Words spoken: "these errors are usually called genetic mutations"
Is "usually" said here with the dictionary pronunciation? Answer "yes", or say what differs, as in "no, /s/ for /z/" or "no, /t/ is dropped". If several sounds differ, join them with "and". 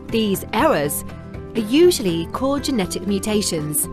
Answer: yes